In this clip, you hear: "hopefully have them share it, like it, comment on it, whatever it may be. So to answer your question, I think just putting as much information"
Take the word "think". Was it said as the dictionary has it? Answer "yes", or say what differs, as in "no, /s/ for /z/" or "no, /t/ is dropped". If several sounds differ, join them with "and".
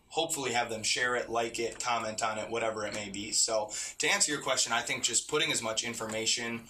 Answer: yes